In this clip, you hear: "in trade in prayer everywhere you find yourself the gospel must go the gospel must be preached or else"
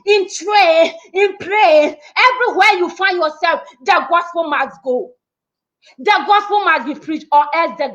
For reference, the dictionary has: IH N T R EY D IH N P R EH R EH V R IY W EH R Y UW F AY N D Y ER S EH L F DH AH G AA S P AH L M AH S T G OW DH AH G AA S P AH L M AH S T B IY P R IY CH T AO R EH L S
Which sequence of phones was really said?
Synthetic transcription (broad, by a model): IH N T R EY IH N P R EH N EH V R IY W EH Y UW F AY N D Y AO S EH L F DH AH G AA S P AH L M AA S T G OW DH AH G AA S P AH L M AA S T B IY P R IY CH T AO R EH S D